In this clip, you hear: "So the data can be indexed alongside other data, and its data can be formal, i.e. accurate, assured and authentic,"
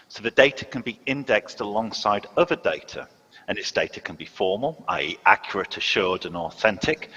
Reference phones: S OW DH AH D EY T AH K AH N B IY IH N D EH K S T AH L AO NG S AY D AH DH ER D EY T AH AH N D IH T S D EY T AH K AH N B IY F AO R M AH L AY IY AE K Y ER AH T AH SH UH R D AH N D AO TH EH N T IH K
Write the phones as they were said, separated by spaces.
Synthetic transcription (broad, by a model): S OW DH AH D EY T AH K AH N B IY IH N D EH K S T AH L AO NG S AY D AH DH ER D EY T AH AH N IH T S D EY T AH K AH N B IY F AO M AH L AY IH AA K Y ER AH T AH SH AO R D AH N AO TH EH N T IH K